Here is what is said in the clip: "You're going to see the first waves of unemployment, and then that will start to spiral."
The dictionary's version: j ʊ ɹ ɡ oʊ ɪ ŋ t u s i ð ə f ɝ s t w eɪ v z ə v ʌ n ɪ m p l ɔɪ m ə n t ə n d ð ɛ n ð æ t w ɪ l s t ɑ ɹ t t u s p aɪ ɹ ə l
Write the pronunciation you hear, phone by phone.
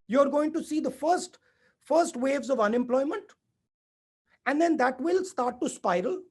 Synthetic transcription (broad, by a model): j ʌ ɹ ɡ oʊ ɪ ŋ t u s i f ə f ɝ s t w eɪ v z ə v ʌ n ɪ m p l ɔɪ m ə n t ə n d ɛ n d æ t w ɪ l s t ɑ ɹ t t u s p aɪ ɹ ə l